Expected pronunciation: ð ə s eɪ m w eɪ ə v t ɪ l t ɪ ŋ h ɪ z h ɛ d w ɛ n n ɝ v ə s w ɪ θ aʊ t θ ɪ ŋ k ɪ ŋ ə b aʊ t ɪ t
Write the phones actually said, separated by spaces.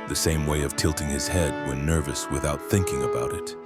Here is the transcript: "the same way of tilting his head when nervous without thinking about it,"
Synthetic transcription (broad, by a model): ð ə s eɪ m w eɪ ə v t ɪ l t ɪ ŋ ɪ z h ɛ d w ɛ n n ɝ v ə s w ɪ θ aʊ t θ ɪ ŋ k ɪ ŋ ə b aʊ t ɪ t